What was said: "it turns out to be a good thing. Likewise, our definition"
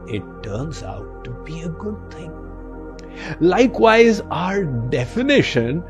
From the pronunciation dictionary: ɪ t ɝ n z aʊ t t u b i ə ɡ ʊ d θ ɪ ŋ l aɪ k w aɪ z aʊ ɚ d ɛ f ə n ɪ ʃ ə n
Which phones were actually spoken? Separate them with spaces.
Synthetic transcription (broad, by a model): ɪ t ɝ n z aʊ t t u b i ə ɡ ʊ d t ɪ ŋ l aɪ k w aɪ z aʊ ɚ d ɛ f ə n ɪ ʃ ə n